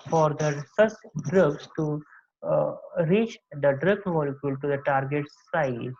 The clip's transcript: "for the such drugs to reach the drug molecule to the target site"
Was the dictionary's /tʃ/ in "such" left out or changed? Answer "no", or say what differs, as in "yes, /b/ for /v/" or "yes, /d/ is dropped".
yes, /s/ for /tʃ/